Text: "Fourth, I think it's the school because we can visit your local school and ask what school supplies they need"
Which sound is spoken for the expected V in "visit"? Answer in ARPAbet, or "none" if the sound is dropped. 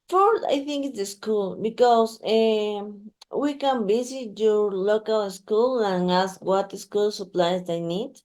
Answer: B